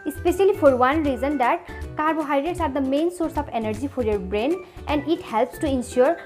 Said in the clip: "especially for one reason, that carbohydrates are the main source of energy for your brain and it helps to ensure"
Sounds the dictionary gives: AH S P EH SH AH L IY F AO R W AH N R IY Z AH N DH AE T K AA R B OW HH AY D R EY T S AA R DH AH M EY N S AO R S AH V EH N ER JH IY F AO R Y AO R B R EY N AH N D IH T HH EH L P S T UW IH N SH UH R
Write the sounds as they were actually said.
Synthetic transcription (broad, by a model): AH S P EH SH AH L IY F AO R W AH N R IY Z AH N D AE T K AA R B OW HH AY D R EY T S AA R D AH M EY N S AO R S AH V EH N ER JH IY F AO R Y AO R B R EY N AH N D IH T HH EH L P S T UW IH N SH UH R